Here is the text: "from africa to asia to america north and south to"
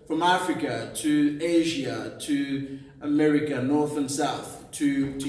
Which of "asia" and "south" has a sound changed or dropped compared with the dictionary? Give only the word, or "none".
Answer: none